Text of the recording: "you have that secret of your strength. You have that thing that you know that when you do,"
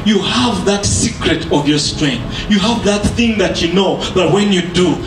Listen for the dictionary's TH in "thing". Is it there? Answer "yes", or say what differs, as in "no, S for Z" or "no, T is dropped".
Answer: yes